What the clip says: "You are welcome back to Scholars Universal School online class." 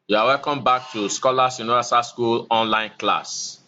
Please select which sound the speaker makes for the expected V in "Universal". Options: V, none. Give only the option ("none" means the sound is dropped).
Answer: none